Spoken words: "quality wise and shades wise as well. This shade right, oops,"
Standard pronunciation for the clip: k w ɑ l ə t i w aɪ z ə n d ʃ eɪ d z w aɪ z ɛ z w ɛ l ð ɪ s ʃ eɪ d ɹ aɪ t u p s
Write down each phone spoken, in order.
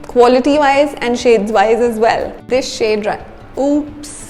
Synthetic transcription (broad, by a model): k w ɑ l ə t i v aɪ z ə n d ʃ eɪ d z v aɪ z ɛ z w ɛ l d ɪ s ʃ eɪ d ɹ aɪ u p s